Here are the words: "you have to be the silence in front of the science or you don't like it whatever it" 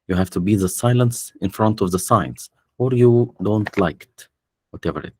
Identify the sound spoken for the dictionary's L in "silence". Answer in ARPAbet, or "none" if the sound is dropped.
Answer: L